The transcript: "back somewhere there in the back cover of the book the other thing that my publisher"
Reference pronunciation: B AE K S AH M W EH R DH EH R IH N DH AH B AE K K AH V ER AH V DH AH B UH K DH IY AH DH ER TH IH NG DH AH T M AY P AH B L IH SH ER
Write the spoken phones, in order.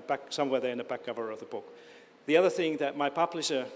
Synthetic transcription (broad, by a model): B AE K S AH M W EH R DH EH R IH N DH AH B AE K K AH V ER AH V DH AH B UH K DH IY AH DH ER TH IH NG DH AH T M AY P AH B L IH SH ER